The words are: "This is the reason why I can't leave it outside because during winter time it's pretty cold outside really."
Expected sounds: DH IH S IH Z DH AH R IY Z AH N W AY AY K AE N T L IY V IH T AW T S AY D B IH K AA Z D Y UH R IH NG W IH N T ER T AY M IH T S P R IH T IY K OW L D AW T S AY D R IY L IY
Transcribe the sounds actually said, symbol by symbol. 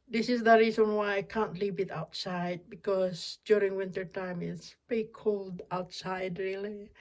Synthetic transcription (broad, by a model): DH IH S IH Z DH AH R IY Z AH N W AY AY K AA N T L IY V IH T AW T S AY D B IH K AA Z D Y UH R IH NG W IH N T ER T AY M IH T S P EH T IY K OW L D AW T S AY D R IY L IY